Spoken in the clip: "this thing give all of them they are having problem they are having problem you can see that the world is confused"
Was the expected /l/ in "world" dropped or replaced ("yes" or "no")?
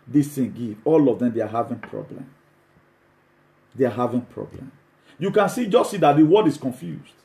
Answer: yes